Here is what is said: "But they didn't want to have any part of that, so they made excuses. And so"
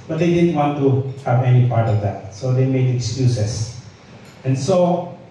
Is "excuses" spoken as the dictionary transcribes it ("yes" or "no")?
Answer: no